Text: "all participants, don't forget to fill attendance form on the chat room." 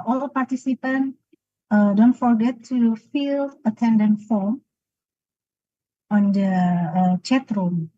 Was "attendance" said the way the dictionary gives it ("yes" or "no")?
no